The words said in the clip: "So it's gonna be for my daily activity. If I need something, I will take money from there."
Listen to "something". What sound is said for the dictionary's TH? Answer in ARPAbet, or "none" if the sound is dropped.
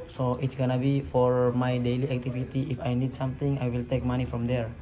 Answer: T